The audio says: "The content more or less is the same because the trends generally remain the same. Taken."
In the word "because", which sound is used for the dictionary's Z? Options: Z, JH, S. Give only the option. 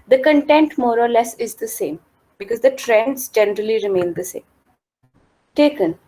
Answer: Z